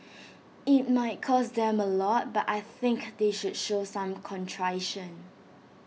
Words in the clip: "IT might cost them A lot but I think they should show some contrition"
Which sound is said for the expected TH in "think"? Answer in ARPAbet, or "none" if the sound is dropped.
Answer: TH